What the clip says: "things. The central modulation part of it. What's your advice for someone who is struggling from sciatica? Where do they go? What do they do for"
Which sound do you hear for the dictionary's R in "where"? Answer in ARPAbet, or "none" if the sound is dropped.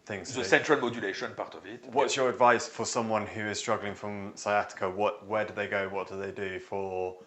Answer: W